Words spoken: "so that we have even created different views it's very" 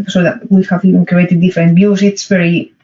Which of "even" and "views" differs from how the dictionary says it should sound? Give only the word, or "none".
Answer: views